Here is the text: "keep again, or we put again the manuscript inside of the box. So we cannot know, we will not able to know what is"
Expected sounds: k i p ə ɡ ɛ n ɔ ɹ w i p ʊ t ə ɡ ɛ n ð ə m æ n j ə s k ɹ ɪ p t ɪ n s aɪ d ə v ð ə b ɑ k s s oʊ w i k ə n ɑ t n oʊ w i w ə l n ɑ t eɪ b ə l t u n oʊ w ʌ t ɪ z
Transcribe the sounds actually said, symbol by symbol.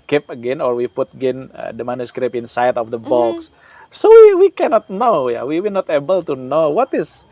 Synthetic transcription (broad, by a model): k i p ə ɡ ɛ n ɔ ɹ w i p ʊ t ə ɡ ɛ n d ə m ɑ n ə s k ɹ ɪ p ɪ n s aɪ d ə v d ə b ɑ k s s oʊ w i k ə n ɑ t n oʊ w i w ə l n ɑ t eɪ b ə l t u n oʊ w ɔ t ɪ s